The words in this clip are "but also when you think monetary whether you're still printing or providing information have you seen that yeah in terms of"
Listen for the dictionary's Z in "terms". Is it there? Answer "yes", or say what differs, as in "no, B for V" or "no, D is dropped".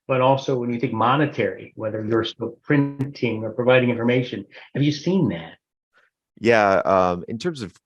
yes